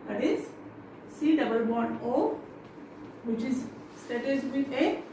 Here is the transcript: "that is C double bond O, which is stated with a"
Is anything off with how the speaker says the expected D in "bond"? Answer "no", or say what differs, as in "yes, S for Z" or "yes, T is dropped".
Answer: yes, D is dropped